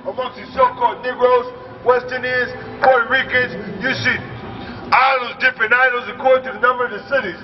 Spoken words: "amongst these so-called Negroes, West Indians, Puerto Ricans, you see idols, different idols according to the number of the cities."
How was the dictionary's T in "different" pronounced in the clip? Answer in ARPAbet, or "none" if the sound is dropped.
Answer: none